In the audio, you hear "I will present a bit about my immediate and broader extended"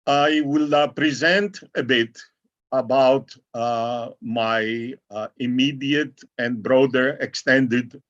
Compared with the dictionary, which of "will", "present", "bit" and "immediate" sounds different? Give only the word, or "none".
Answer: none